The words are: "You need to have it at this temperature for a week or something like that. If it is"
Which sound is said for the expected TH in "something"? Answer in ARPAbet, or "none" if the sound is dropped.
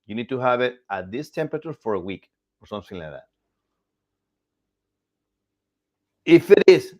S